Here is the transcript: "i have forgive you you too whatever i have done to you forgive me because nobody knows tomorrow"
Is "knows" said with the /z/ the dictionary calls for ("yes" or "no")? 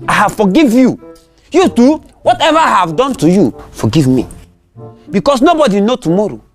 no